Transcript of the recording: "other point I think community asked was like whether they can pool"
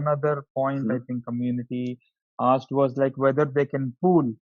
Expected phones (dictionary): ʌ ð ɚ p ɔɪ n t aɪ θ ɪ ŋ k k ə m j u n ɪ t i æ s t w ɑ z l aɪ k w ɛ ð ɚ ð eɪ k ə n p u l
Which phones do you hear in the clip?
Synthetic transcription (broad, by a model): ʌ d ɚ p ɔɪ n t aɪ t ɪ ŋ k k ə m j u n ɪ t i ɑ s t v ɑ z l aɪ k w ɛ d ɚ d eɪ k ə n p u l